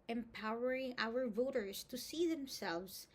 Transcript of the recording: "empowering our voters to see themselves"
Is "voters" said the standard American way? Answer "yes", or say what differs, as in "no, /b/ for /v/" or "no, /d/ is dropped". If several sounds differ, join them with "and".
yes